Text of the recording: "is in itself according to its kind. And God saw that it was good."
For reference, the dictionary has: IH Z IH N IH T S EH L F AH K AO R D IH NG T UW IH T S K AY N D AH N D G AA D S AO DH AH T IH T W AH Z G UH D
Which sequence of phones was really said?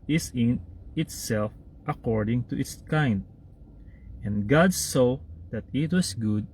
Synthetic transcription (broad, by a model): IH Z IH N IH T S EH L F AH K AO R D IH NG T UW IH T S K AY N D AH N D G AA D S AO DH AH T IH T W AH S G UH D